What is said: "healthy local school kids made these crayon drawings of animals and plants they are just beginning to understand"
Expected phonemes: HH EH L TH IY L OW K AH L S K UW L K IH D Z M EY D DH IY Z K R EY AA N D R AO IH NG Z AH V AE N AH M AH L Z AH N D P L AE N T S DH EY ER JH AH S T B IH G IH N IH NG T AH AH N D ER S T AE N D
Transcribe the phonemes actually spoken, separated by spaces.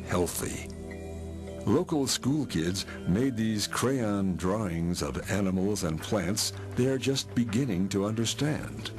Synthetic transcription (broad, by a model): HH EH L TH IY L OW K L S K UW L K IH D Z M EY D DH IY Z K R EY AA N D R AO IH NG Z AH V AE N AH M L Z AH N P L AE N T S DH EY ER JH AH S T B IH G IH N IH NG T AH AH N D ER S T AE N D